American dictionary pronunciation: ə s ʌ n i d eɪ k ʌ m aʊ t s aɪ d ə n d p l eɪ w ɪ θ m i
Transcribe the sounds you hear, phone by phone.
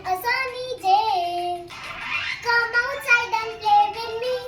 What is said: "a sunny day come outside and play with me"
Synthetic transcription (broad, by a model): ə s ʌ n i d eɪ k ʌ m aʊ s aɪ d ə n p eɪ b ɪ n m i